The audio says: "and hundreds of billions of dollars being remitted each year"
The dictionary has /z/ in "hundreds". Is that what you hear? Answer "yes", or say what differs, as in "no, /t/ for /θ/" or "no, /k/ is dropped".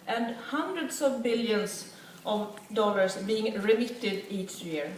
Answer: no, /s/ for /z/